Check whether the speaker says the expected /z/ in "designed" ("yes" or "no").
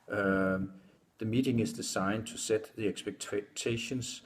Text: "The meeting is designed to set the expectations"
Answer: no